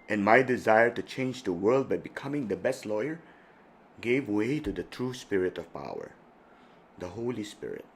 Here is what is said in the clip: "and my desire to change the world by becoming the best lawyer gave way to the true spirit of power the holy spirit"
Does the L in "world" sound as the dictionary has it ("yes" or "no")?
yes